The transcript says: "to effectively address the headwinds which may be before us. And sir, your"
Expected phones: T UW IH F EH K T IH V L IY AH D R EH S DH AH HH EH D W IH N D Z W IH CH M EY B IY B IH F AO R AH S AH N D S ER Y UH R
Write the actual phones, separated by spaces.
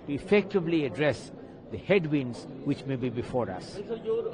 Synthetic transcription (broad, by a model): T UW IH F EH K T IH V L IY AH D R EH S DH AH HH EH D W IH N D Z W IH CH M EY B IY B IH F AO R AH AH S